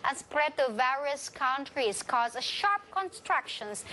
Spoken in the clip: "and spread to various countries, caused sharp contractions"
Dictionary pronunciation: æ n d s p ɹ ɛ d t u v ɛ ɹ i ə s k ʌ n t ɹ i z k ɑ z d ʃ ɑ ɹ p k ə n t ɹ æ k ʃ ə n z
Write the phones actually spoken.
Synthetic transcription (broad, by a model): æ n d s p ɹ ɛ d t u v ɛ ɹ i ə s k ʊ n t ɹ i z k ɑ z ʃ ɑ ɹ p k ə n t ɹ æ k ʃ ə n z